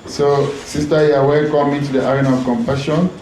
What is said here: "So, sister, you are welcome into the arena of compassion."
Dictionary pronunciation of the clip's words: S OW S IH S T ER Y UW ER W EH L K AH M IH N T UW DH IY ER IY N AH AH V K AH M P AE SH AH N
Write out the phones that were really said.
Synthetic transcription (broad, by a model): S OW S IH S T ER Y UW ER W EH K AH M IH N T UW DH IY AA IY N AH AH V K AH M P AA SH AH N